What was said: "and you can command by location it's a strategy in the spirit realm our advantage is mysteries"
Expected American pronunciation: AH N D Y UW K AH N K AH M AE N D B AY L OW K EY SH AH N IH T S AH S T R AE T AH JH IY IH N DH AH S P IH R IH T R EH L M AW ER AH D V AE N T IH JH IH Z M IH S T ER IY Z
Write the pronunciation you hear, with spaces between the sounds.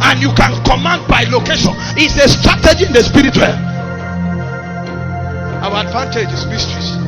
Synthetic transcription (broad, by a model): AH N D Y UW K AH N K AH M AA N D B AY L OW K EY SH AH N IH T S AH S T R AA T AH JH IY IH N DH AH S P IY R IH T W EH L AW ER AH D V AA N T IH JH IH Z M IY S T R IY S